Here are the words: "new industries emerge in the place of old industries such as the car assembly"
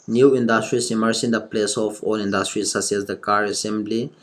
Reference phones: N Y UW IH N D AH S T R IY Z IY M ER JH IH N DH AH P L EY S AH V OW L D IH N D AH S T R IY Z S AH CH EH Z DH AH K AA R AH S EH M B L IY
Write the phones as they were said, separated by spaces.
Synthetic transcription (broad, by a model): N Y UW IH N D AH S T R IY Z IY M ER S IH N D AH P L EY S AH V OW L IH N D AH S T R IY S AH S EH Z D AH K AA R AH S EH M B L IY